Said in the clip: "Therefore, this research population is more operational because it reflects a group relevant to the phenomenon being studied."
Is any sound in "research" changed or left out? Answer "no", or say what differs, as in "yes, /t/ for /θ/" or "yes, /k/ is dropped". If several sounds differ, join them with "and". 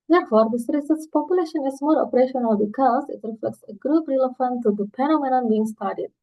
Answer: yes, /s/ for /tʃ/